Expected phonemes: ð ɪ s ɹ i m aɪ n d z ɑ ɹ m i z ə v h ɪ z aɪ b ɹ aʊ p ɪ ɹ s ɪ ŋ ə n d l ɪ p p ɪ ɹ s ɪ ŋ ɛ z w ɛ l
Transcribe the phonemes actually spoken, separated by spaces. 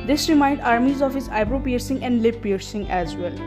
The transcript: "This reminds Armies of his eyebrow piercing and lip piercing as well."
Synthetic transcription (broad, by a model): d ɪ s ɹ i m aɪ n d ɑ ɹ m i z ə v h ɪ z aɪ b ɹ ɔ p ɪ ɹ s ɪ ŋ ə n d l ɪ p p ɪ ɹ s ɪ ŋ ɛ z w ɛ l